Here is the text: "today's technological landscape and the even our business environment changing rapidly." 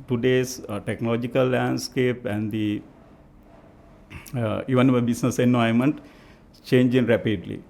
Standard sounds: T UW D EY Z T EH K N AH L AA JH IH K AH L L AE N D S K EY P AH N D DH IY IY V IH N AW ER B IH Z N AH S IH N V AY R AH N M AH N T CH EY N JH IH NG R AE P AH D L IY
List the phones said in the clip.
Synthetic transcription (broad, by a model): T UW D EY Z T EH K N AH L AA JH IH K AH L L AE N D S K EY P AH N D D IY IY V IH N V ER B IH S N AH S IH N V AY AH M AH N T CH EY N JH IH NG R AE P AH D L IY